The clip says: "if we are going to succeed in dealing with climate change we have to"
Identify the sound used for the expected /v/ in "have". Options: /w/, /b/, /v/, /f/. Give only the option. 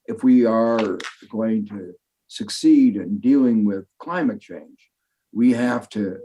/f/